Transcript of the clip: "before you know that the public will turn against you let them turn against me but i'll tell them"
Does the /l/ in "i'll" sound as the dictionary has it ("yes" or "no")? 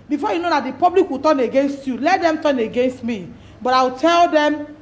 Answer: no